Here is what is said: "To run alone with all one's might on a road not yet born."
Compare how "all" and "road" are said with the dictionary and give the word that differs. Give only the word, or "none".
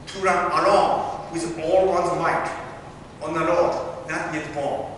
road